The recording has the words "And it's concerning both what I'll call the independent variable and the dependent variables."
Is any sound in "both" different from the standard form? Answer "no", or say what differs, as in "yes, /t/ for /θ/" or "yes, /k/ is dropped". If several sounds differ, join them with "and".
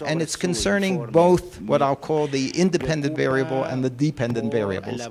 no